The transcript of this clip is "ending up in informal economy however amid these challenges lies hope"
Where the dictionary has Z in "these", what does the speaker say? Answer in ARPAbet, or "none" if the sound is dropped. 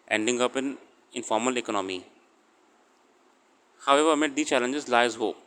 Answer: none